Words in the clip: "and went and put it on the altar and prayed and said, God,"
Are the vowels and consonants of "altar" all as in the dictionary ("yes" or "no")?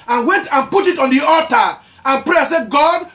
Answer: no